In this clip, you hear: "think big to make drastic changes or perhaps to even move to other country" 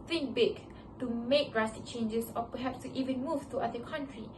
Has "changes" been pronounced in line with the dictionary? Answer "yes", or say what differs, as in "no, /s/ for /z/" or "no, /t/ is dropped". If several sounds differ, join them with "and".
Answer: no, /s/ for /z/